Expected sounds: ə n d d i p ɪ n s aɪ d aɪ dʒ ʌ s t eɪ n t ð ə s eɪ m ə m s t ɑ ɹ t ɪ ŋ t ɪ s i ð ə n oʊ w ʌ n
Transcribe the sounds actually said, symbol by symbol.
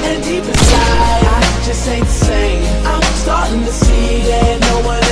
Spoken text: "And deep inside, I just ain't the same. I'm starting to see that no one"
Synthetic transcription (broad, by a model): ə n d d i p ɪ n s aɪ aɪ dʒ ʌ s t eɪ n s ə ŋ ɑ ə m s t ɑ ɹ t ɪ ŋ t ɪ s i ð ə n oʊ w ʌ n